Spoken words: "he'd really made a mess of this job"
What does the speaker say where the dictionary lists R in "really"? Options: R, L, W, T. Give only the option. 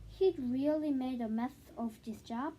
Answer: R